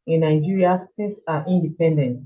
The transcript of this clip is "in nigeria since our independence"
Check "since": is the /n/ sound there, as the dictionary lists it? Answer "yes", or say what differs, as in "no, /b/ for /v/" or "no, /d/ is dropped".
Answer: no, /n/ is dropped